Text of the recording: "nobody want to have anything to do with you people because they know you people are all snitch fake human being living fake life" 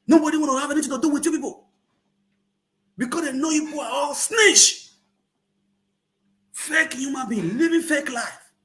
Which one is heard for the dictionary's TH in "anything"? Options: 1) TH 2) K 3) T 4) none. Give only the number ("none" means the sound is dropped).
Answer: 3